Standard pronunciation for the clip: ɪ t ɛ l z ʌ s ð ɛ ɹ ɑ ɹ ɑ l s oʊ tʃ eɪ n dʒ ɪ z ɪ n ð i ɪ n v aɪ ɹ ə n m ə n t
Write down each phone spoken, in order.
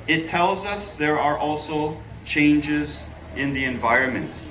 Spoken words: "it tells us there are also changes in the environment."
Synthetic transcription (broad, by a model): ɪ t ɛ l z ʌ s ð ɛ ɹ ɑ ɹ ɑ l s oʊ tʃ eɪ n dʒ ɪ z ɪ n ð i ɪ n v aɪ ɹ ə n m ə n t